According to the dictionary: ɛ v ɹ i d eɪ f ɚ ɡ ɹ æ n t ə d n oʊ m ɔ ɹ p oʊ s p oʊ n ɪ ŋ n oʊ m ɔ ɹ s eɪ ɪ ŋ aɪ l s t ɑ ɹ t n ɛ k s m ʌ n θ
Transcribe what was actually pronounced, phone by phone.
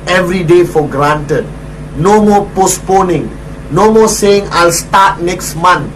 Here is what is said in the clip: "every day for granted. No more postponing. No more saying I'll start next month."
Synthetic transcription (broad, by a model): ɛ v ɹ i d eɪ f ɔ ɡ ɹ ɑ n t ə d n oʊ m ɔ p oʊ s p oʊ n ɪ ŋ n oʊ m ɔ s eɪ ɪ ŋ aɪ l s t ɑ t n ɛ k s m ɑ n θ